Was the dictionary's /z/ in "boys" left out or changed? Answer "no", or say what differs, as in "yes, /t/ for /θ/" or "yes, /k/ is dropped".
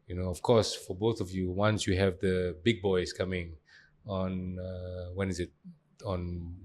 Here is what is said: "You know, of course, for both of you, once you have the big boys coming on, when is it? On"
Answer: yes, /s/ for /z/